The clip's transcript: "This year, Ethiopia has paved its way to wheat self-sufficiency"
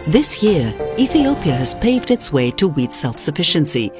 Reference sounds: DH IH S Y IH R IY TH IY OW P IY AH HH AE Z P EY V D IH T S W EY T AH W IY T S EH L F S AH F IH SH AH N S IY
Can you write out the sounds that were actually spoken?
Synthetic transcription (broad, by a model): DH IH S Y IH R IY TH IY OW P IY AH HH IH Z P EY V D IH T S W EY T AH W IY T S EH L F S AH F IH SH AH N S IY